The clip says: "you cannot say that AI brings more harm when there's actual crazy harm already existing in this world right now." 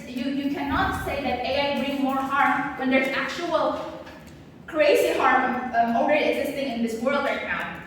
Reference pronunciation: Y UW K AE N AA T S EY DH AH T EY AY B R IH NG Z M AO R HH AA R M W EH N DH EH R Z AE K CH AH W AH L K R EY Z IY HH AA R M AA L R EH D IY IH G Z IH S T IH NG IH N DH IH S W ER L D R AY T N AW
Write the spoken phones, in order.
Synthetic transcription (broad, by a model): Y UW K AE N AA T S EY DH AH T EY AY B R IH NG M AO R HH AA R M W EH N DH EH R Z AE K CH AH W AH L K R EY S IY HH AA R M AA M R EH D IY IH G Z IH S T IH NG IH N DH IH S W ER L D R AY T N AW